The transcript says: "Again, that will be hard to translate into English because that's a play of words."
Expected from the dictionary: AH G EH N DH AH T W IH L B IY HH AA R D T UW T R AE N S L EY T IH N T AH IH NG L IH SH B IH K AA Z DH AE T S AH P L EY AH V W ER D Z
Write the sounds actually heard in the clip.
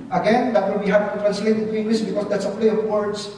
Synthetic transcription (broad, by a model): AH G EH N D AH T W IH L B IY HH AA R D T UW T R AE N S EY IH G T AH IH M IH S B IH K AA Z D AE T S AH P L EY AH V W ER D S